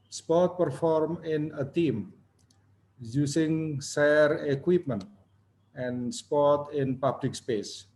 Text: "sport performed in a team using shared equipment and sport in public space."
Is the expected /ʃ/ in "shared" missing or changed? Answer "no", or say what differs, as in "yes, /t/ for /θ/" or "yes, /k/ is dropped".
yes, /s/ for /ʃ/